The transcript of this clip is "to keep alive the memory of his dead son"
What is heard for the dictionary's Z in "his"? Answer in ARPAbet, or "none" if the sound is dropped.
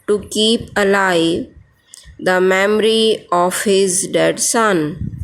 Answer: Z